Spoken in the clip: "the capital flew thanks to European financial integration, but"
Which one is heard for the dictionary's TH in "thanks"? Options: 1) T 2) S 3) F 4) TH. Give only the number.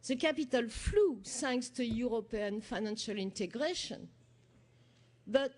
2